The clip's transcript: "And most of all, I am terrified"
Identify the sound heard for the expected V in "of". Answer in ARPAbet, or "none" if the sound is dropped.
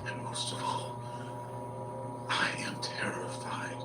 V